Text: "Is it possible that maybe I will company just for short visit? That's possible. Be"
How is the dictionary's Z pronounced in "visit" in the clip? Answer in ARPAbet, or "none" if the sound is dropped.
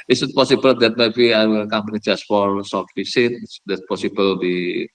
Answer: S